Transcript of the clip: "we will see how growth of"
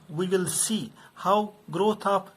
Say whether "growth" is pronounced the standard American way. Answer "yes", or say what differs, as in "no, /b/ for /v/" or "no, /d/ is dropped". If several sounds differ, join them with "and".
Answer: no, /t/ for /θ/